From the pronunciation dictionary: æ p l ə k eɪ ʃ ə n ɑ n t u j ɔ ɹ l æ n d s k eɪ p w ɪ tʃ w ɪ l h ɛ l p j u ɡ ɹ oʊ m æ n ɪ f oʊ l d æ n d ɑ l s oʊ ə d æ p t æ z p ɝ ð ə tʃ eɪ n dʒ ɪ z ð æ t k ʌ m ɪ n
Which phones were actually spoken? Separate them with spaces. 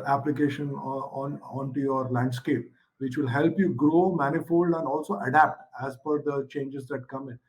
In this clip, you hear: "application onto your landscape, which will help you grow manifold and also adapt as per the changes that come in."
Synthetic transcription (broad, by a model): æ p l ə k eɪ ʃ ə n ɑ n t u j ɔ ɹ l æ n d s k eɪ p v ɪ tʃ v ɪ l h ɛ l p j u ɡ ɹ oʊ m æ n ɪ f oʊ l d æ n d ɑ l s oʊ ə d æ p t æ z f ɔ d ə tʃ eɪ n dʒ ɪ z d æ t k ʌ m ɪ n